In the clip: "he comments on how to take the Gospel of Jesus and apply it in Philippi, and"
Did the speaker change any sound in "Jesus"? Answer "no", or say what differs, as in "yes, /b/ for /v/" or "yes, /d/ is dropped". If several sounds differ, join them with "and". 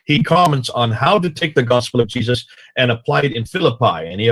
no